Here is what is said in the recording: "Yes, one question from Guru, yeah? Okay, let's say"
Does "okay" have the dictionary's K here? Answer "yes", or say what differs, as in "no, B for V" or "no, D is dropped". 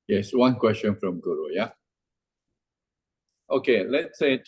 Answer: yes